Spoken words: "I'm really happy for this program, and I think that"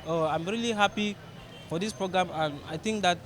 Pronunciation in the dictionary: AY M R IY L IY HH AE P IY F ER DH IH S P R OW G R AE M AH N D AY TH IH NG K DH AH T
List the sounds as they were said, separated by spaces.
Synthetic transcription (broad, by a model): AY M R IY L IY HH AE P IY F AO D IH S P R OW G R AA M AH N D AY T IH NG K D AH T